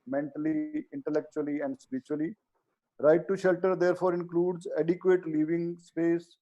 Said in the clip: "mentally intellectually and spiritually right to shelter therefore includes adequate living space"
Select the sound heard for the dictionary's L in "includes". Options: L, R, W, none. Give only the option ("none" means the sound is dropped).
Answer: L